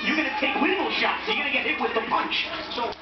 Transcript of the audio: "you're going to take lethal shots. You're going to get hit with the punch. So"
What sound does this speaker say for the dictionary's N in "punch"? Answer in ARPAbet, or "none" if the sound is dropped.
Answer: N